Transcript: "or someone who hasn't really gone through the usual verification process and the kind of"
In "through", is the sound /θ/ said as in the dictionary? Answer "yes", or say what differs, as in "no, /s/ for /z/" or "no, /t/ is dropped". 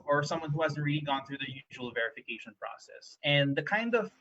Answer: yes